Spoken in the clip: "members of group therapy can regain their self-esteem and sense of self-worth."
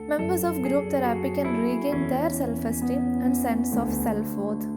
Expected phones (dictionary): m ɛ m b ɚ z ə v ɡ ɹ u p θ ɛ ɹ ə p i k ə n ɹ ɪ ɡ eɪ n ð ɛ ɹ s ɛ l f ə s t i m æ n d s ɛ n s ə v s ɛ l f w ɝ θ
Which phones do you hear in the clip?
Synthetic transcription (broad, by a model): m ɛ m b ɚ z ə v ɡ ɹ u p t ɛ ɹ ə p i k ə n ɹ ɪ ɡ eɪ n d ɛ ɹ s ɛ l f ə s t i æ n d s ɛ n s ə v s ɛ l f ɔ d